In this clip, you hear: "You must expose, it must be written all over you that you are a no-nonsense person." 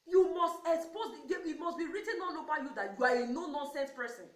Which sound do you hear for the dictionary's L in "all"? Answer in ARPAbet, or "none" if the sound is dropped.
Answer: N